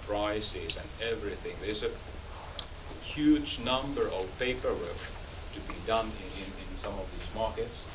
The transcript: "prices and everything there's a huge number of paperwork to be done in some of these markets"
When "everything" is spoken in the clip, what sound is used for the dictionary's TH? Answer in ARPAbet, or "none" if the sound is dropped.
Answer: TH